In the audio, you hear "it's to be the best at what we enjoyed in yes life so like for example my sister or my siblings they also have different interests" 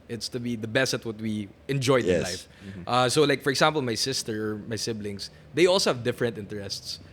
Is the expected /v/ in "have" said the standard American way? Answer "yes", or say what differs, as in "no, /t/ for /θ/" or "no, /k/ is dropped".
yes